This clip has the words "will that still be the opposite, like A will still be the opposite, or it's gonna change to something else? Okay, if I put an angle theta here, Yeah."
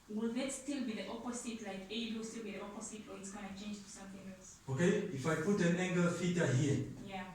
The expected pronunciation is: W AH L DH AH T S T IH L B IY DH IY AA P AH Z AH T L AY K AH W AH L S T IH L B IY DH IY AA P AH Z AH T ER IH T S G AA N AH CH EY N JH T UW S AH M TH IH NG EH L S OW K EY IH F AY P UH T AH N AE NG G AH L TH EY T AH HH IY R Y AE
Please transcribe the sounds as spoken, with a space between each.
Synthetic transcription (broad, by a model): W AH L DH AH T S T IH L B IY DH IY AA P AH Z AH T L AY K AH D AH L S T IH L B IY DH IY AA P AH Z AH T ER IH T S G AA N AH CH EY N JH T UW S AH M TH IH NG EH L S OW K EY IH F AY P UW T AH N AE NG G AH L F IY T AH HH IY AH Y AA